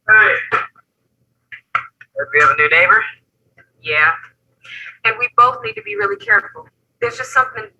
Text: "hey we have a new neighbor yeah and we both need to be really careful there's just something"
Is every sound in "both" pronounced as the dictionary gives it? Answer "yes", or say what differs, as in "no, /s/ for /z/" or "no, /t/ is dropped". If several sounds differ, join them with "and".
yes